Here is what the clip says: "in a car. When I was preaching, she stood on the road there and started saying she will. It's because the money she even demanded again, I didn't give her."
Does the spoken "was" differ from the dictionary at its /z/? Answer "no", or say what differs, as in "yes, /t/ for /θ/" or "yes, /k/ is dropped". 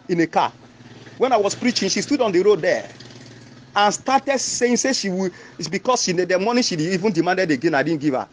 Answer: yes, /s/ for /z/